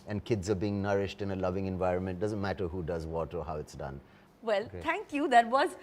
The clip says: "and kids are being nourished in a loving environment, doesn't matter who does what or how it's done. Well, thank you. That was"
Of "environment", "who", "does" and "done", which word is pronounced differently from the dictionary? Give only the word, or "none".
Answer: none